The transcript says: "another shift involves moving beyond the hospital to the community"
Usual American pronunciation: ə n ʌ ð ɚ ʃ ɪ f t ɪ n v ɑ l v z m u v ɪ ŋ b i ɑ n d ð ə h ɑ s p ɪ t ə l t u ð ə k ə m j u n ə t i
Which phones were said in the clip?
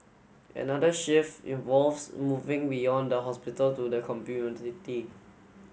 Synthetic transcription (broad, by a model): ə n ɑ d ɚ ʃ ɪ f ɪ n v ɑ l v s m u v ɪ ŋ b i ɑ n d ə h ɑ s p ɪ t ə l t u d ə k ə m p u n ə t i